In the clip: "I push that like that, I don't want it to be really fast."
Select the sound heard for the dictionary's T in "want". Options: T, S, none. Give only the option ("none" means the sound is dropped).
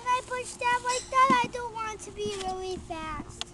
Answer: T